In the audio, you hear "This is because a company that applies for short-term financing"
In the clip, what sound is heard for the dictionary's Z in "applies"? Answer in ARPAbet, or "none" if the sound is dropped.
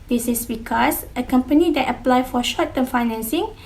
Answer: none